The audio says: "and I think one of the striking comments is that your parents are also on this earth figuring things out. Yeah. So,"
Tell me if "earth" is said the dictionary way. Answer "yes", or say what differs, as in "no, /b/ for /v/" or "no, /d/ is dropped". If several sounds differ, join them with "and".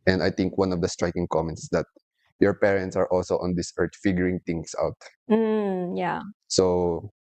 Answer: no, /t/ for /θ/